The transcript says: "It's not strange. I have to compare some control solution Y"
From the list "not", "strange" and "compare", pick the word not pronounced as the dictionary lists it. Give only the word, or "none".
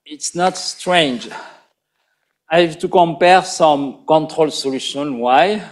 none